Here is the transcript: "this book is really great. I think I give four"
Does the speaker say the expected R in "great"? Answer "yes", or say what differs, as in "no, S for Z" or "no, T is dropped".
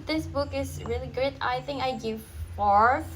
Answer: no, R is dropped